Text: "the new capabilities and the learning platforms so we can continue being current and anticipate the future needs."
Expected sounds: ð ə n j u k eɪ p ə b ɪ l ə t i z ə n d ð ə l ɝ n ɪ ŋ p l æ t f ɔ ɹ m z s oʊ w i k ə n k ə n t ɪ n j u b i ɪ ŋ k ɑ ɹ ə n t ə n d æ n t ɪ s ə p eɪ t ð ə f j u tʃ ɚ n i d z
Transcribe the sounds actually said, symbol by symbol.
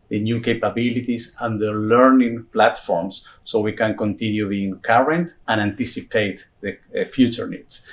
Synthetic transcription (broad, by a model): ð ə n j u k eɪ p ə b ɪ l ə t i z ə n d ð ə l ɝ n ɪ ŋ p l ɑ t f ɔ ɹ m s oʊ w i k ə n k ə n t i n j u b i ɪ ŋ k ɑ ɹ ə n t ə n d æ n t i s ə p eɪ t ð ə f j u tʃ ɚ n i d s